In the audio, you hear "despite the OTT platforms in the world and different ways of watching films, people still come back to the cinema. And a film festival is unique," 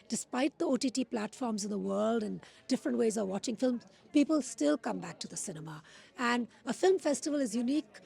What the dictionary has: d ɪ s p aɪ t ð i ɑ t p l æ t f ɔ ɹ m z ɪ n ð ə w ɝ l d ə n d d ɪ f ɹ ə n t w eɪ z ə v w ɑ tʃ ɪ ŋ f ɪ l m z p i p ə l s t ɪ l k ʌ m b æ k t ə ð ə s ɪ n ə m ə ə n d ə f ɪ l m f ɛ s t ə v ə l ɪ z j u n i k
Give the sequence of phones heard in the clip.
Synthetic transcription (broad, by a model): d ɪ s p aɪ t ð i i t p l æ t f ɔ ɹ m z ɪ n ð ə w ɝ l d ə n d d ɪ f ɹ ə n t w eɪ z ə v w ɑ tʃ ɪ ŋ f ɪ l m z p i p ə l s t ɪ l k ʌ m b æ k t ə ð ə s ɪ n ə m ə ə n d ə f ɪ l m f ɛ s t ə v ə l ɪ z j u n i k